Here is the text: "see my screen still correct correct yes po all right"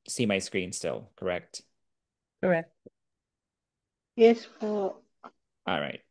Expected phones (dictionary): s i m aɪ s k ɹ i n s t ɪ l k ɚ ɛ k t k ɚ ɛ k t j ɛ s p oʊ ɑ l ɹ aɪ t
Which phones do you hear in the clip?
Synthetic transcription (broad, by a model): s i m aɪ s k ɹ i n s t ɪ l k ɚ ɛ k t k ɚ ɛ k t j ɛ s f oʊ ɑ l ɹ aɪ t